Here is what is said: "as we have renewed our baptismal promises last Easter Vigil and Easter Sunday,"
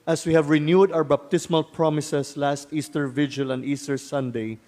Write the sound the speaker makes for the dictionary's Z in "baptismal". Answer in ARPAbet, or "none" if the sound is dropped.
S